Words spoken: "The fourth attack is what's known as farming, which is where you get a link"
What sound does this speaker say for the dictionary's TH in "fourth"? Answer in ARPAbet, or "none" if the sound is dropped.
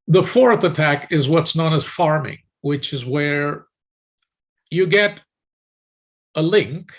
TH